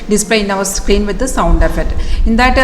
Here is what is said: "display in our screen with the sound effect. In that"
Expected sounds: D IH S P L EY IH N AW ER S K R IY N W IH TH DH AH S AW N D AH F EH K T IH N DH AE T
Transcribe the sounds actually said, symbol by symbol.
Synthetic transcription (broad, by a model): D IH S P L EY IH N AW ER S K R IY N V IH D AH S AW N D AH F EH T IH N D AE T